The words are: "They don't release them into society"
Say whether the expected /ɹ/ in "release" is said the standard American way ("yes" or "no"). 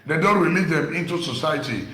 no